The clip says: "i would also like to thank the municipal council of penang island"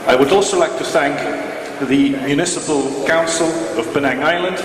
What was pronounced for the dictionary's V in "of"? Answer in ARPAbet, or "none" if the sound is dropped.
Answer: V